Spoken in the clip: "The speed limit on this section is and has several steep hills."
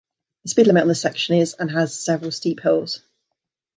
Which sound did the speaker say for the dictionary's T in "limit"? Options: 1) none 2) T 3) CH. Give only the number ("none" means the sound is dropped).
1